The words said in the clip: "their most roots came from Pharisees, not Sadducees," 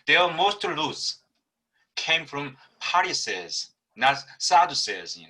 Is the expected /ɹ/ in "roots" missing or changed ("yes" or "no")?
yes